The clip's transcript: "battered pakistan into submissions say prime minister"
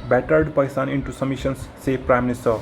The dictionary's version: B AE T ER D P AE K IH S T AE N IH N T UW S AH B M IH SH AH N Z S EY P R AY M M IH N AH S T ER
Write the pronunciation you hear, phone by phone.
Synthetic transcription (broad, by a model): B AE T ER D P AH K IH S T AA N IH N T UW S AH M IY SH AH N S EY P R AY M M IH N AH S T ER